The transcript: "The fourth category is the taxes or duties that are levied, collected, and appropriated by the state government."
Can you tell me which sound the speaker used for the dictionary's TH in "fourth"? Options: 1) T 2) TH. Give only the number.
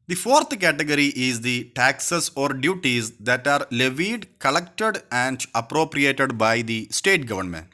1